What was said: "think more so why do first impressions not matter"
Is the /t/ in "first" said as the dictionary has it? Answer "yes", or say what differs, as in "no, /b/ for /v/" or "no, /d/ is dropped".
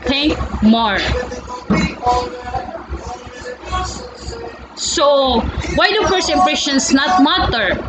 no, /t/ is dropped